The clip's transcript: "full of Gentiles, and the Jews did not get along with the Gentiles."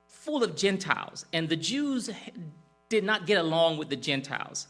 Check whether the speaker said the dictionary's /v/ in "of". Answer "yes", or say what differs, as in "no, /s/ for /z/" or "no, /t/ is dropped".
yes